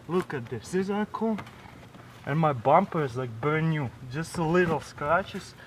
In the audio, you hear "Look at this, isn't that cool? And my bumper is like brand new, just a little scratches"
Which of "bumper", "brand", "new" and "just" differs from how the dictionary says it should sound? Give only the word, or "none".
brand